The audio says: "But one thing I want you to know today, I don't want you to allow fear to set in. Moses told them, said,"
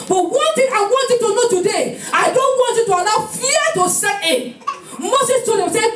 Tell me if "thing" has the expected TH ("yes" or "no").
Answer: no